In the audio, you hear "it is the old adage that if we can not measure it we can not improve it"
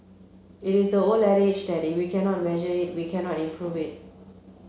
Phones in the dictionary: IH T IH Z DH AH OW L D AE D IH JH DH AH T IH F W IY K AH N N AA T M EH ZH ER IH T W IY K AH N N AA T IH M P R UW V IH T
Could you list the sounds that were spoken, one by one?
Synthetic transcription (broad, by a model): IH T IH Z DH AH OW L EH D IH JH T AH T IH W IY K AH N N AA T M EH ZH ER IH T W IY K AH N N AA T IH M P R UW V IH T